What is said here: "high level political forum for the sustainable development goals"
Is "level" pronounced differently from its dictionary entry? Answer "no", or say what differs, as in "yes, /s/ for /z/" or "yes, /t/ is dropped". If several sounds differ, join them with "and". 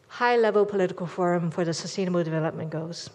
no